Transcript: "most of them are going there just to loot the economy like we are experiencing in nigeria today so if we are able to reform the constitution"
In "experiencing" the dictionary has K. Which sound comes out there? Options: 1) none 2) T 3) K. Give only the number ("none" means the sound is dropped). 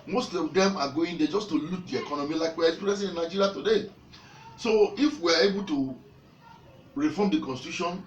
1